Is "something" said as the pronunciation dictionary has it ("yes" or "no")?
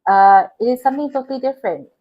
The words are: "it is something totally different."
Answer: no